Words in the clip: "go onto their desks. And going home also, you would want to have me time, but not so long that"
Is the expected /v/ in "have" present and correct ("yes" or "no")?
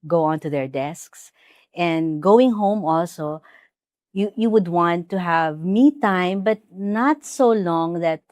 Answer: yes